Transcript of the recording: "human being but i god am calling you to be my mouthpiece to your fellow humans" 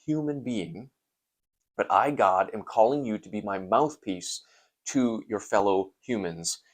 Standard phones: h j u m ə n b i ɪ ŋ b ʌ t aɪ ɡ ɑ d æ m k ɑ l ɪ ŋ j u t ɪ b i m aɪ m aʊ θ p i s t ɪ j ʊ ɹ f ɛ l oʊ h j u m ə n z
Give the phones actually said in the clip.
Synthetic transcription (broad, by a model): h j u m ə n b i ɪ ŋ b ʌ t aɪ ɡ ɑ d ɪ m k ɑ l ɪ ŋ j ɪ t ɪ b i m aɪ m aʊ θ p i s t ɪ j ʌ ɹ f ɛ l oʊ h j u m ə n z